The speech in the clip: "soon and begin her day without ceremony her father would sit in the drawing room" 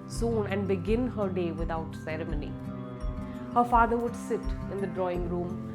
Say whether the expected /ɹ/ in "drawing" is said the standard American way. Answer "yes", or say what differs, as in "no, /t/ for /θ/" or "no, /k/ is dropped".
yes